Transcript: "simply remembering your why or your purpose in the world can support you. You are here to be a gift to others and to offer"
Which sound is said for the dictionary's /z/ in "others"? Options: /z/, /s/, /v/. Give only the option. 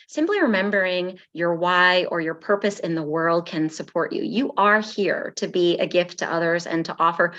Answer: /z/